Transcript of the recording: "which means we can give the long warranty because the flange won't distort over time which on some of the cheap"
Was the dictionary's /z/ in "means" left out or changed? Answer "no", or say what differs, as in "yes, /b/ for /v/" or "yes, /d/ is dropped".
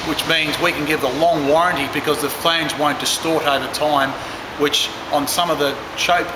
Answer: no